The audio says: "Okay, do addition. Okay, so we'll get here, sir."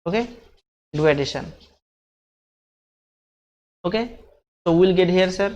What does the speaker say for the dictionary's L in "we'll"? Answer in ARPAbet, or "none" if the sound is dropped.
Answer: L